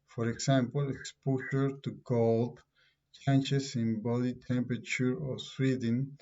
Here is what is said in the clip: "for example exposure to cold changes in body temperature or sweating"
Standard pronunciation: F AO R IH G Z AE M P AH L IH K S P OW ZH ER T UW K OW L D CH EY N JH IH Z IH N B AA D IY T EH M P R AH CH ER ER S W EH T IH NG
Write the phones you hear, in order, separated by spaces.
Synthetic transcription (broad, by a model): F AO R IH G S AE M P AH L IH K S P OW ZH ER T UW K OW L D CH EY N CH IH S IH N B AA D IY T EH M P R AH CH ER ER S W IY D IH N